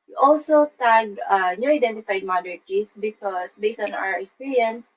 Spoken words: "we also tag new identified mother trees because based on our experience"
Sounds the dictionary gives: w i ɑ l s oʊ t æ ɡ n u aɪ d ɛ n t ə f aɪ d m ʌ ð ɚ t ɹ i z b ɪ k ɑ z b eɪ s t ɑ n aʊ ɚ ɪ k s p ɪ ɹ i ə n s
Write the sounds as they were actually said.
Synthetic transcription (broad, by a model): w ɑ l s oʊ t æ ɡ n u aɪ d ɛ n t ə f aɪ d m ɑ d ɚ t i s b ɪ k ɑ s b eɪ s t ɑ n aʊ ɚ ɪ k s p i ɹ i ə n s